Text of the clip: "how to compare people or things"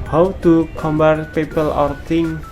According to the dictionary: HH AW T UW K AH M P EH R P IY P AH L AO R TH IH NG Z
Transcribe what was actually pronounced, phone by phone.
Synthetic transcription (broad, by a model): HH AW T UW K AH M B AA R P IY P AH L AO R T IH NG